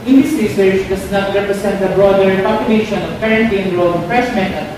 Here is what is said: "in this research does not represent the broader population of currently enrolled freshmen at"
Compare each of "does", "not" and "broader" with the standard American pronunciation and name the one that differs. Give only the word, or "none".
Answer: does